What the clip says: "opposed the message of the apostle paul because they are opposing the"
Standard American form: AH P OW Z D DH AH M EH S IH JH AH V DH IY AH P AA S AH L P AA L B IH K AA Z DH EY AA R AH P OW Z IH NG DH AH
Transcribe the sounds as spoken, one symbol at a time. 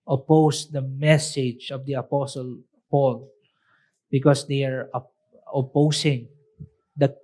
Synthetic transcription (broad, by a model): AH P OW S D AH M EH S IH JH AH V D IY AH P AA S AH L P AA L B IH K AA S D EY AA R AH P OW S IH NG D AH